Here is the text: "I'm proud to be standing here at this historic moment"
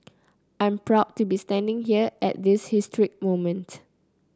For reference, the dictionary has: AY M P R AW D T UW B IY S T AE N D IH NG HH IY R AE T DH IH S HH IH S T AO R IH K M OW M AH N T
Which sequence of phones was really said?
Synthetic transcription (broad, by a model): AY M P R AW D T UW B IY S T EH N D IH NG HH IY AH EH T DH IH S HH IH S T R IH K M OW M AH N T